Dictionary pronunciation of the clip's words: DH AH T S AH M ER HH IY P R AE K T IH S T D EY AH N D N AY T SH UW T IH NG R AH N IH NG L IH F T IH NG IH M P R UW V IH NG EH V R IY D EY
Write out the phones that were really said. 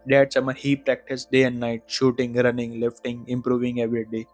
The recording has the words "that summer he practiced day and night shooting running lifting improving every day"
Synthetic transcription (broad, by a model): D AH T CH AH M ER HH IY P R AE K T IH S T D EY AH N D N AY T SH UW T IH NG R AH N IH NG L IH F T IH NG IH M P R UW V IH NG EH V R IY D EY